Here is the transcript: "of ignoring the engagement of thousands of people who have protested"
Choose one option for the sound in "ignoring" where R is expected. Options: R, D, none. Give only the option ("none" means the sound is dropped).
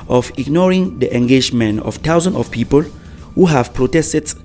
R